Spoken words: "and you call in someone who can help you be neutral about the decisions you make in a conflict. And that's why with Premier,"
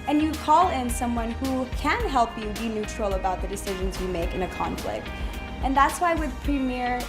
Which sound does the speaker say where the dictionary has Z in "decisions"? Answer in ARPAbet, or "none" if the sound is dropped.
Z